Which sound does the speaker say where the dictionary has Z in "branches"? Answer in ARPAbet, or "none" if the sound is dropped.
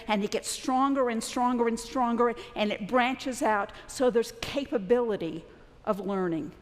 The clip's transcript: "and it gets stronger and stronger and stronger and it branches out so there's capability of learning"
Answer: Z